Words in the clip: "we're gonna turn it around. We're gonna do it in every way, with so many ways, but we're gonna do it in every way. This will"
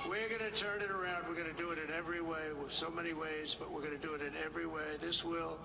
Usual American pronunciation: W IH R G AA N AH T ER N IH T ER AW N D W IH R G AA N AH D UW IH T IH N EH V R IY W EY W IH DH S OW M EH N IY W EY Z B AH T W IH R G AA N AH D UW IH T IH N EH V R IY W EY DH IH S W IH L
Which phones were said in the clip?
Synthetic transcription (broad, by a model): W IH R G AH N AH T ER N IH T ER AW N D W IH R G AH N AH D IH IH T IH N EH V R IY W EY W IH DH S OW M EH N IY W EY Z B AH T W IH R G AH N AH D IH T IH N EH V R IY W EY DH IH S W IH L